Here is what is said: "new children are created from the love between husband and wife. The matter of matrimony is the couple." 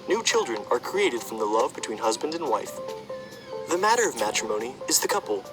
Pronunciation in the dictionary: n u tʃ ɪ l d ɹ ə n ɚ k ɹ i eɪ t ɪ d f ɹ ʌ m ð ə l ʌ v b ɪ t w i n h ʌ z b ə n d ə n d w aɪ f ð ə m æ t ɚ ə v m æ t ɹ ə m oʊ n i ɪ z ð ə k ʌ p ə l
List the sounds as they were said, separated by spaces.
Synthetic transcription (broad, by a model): n u tʃ ɪ l d ɹ ə n ɚ k ɹ i eɪ t ɪ d f ɹ ʌ m ð ə l ʌ v b ɪ t w i n h ʌ z b ə n d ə n w aɪ f ð ə m æ t ɚ ə v m æ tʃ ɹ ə m oʊ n i ɪ z ð ə k ʌ p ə l